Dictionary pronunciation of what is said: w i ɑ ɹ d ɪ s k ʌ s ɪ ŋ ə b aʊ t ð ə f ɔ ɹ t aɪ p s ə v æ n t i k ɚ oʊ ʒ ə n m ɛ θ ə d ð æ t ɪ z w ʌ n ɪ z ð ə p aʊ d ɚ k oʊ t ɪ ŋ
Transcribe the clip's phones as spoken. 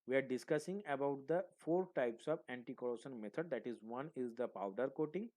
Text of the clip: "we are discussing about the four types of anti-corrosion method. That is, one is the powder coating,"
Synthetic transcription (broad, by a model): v i ɑ ɹ d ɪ s k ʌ s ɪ ŋ ə b aʊ t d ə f ɔ ɹ t aɪ p s ə v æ n t i k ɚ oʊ ʃ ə n m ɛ t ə d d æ t ɪ z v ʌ n ɪ z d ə p aʊ d ɚ k oʊ t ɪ ŋ